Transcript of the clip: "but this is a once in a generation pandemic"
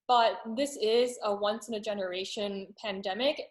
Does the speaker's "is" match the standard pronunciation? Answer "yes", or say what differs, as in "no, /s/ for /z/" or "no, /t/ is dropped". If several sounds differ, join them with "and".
yes